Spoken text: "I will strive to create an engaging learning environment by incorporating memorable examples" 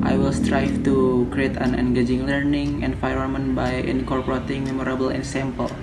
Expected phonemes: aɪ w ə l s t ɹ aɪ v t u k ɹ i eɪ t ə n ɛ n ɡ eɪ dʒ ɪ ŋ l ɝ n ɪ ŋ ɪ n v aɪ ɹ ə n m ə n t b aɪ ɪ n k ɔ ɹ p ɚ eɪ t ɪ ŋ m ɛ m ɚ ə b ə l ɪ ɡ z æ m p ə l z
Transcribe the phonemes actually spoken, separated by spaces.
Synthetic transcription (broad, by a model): aɪ w ə l s t ɹ aɪ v t u k ɹ i eɪ t ə n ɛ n ɡ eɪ dʒ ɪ ŋ l ɝ n ɪ ŋ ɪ n f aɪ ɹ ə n m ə n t b aɪ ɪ n k ɔ ɹ p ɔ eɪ t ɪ ŋ m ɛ m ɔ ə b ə l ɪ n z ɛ m p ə l